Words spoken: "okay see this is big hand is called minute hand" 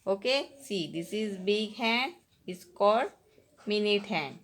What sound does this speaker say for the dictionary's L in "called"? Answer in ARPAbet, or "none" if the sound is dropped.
none